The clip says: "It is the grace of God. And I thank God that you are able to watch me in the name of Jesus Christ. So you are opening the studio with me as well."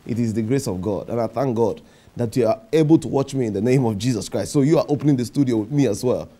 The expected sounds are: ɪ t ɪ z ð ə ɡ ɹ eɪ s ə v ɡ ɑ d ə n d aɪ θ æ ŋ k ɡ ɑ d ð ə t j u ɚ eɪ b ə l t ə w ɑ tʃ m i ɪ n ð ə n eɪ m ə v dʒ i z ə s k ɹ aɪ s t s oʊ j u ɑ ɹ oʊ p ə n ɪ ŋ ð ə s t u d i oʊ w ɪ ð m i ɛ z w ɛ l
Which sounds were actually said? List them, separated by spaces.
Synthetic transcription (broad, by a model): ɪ t ɪ z ð ə ɡ ɹ eɪ s ə v ɡ ɑ d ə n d aɪ θ æ ŋ k ɡ ɑ d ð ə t j u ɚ eɪ b ə l t ə w ɑ tʃ m i ɪ n ð ə n eɪ m ə v dʒ i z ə s k ɹ aɪ s t s oʊ j u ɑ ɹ oʊ p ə n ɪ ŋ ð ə s t u d i oʊ w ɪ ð m i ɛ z w ɛ l